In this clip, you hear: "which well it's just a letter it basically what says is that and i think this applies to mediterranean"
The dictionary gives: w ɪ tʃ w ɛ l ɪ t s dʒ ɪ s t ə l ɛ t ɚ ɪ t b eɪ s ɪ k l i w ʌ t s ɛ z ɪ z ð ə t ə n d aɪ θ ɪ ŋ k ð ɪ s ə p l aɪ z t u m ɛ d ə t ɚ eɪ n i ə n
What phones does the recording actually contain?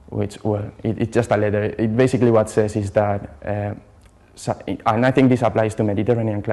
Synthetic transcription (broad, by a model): w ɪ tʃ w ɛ l ɪ t s dʒ ɪ s t ə l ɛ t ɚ ɪ t b eɪ s ɪ k l i w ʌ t s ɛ s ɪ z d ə t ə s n aɪ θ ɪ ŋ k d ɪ s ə p l aɪ s t u m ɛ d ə t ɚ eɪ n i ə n